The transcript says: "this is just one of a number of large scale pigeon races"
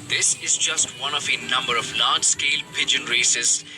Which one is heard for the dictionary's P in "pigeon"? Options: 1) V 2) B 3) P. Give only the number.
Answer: 3